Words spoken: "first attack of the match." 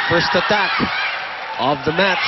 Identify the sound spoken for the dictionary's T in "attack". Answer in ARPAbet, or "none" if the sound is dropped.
T